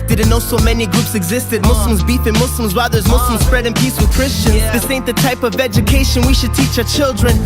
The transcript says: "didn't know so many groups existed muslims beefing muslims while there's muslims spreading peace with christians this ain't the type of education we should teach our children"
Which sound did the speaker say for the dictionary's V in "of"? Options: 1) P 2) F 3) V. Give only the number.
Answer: 3